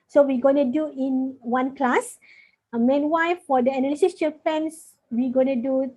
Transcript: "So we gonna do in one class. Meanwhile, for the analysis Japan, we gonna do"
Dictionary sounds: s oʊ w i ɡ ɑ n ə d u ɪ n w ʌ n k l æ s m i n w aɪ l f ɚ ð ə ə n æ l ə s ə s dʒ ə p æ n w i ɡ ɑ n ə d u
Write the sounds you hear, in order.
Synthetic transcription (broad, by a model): s oʊ w i ɡ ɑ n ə d u ɪ n w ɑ n k l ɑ s m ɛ n w aɪ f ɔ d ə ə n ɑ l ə s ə s tʃ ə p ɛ n w i ɡ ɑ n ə d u